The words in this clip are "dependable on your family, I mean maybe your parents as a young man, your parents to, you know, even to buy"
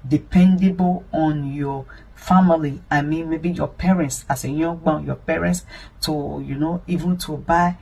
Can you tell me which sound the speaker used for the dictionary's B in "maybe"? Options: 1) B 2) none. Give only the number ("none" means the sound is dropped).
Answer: 1